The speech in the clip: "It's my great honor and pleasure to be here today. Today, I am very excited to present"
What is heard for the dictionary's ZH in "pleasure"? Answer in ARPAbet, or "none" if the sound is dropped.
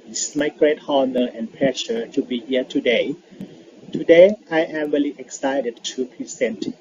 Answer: SH